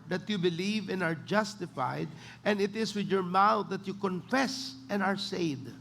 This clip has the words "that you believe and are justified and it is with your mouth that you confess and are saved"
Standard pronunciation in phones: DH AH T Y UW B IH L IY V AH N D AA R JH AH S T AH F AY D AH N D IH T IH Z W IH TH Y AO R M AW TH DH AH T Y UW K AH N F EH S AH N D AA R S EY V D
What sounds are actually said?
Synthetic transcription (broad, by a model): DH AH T Y UW B IH L IY V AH N AA R JH AH S T AH F AY D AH N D IH T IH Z W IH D Y AO R M AW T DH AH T Y UW K AH N F EH S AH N AA R S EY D